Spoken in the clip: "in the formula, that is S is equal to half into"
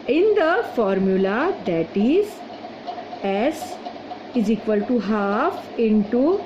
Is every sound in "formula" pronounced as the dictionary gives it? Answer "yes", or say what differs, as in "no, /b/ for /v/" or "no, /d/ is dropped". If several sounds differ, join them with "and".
yes